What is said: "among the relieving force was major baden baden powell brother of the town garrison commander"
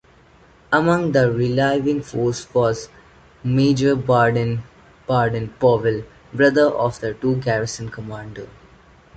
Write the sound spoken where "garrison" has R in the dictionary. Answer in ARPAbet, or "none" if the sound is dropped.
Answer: R